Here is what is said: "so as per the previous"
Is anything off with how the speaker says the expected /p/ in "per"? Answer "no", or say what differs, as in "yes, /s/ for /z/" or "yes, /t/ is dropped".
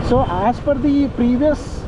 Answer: yes, /f/ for /p/